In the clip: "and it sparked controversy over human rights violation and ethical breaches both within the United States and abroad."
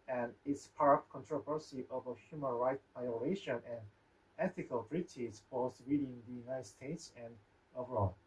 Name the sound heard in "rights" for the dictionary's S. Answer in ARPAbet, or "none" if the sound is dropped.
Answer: none